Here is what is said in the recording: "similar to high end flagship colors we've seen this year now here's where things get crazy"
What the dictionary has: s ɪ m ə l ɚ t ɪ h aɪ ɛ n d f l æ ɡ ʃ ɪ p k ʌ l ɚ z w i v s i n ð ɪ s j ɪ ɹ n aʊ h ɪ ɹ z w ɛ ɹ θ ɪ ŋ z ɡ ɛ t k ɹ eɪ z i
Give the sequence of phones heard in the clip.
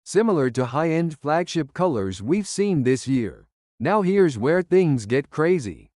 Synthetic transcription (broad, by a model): s ɪ m l ɚ t ɪ h aɪ ɛ n d f l æ ɡ ʃ ɪ p k ʌ l ɚ z w i v s i n ð ɪ s j ɪ ɹ n aʊ h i ɹ z w ɛ ɹ θ ɪ ŋ z ɡ ɛ t k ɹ eɪ z i